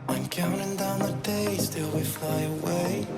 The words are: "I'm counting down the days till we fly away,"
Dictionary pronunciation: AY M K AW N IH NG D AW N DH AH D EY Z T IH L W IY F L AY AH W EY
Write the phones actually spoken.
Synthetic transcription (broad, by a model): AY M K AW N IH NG D AW N DH AH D EY S T IH L W IY F L AY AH W EY